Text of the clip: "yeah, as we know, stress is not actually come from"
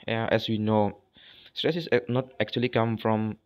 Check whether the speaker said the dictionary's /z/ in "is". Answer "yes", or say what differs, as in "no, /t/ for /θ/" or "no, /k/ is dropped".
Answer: no, /s/ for /z/